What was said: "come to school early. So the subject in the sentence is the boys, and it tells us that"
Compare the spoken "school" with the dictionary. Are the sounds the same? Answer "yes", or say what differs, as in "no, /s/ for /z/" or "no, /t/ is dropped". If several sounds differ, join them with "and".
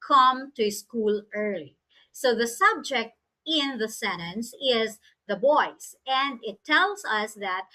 yes